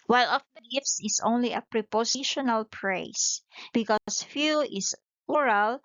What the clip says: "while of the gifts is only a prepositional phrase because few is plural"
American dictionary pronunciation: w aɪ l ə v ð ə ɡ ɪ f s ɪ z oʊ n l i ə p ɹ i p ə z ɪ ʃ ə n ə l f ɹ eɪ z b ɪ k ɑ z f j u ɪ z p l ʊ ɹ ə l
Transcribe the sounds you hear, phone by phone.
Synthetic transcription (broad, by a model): w aɪ l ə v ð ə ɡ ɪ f s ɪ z oʊ n l i ə p ɹ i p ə s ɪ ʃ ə n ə l p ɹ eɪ s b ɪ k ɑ s f j u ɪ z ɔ ɹ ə l